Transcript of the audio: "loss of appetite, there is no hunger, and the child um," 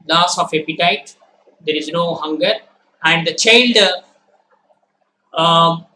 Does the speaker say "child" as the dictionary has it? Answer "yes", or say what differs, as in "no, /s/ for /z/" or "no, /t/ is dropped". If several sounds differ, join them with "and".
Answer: yes